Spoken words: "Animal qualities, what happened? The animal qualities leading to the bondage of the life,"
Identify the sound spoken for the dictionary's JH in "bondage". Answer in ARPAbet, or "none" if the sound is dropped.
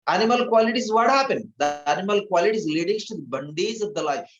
Z